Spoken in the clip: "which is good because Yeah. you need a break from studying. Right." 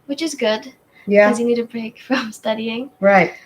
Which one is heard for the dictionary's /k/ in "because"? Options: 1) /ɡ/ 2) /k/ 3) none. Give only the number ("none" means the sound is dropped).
3